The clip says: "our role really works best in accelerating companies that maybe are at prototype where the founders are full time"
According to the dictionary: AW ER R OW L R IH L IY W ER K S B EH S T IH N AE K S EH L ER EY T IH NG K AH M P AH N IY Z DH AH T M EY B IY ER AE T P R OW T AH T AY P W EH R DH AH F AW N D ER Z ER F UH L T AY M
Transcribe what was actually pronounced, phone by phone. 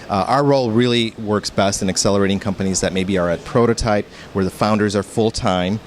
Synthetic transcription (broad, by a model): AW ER R OW L R IH L IY W ER K S B EH S T IH N AE K S EH L ER EY T IH NG K AH M P AH N IY Z DH AH T M EY B IY ER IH T P R OW T AH T AY P W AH R DH AH F AW N D ER Z ER F UH L T AY M